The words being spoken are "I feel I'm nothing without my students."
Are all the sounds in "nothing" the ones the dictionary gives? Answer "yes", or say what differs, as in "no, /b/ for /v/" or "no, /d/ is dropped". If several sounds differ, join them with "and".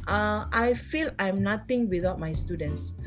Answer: no, /t/ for /θ/